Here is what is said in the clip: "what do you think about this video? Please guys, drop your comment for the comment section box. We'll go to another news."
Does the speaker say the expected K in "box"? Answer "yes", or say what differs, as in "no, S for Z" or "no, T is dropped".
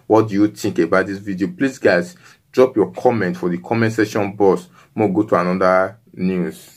no, K is dropped